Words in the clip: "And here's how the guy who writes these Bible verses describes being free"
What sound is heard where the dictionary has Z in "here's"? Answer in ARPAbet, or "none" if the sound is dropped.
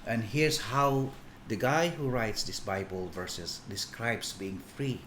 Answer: S